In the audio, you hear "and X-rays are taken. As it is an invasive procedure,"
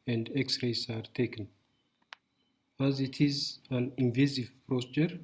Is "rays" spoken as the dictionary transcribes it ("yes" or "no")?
no